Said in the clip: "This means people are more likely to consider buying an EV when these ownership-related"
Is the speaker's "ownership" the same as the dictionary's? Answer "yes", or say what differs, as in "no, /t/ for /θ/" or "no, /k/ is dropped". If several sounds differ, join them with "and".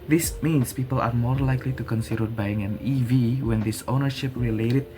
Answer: yes